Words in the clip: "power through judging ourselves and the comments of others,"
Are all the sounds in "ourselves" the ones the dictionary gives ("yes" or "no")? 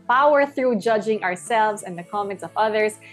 yes